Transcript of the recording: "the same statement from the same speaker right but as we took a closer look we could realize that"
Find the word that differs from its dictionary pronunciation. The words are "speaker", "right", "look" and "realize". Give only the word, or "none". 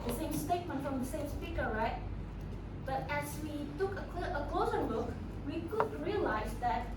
look